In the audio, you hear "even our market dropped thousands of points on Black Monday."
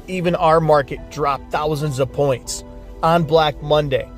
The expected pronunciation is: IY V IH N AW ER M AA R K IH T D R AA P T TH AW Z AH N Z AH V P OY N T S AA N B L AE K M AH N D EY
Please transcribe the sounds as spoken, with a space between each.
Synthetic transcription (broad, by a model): IY V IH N AW ER M AA R K IH T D R AA P TH AW Z AH N Z AH V P OY N T S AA N B L AE K M AH N D EY